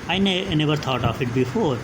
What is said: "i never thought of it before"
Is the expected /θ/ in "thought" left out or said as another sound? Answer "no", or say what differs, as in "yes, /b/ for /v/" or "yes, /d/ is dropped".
yes, /t/ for /θ/